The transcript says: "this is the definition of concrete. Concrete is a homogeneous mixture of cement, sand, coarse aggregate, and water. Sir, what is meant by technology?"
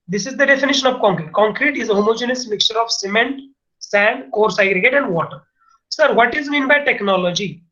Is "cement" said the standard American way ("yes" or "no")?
yes